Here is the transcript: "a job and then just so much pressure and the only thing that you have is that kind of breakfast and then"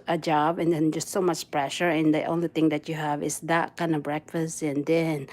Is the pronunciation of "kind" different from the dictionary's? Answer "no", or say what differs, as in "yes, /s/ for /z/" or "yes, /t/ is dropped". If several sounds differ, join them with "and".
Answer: no